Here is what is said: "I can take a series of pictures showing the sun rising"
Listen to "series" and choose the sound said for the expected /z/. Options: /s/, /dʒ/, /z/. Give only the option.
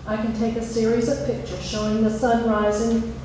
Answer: /z/